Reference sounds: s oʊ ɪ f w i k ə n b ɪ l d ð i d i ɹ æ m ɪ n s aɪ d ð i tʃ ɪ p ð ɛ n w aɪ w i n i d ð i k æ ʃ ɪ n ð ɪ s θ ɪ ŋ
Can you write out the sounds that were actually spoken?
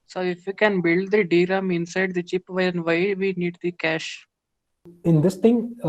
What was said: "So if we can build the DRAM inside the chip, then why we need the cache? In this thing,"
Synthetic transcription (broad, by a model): s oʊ ɪ f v i k ə n b ɪ l d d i d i ɹ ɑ m ɪ n s aɪ d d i tʃ ɪ p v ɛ n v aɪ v i n i d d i k æ ʃ ɪ n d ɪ s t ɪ ŋ